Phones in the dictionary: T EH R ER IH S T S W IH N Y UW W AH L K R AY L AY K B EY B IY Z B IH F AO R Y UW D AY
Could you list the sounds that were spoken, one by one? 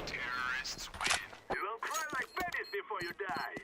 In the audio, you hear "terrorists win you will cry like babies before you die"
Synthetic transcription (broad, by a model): T EH R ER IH S T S W IH N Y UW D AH N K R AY L AY K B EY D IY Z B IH F AO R Y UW D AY